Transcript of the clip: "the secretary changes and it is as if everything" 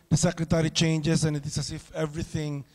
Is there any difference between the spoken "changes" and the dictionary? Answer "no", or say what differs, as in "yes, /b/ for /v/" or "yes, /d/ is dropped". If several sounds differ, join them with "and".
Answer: yes, /s/ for /z/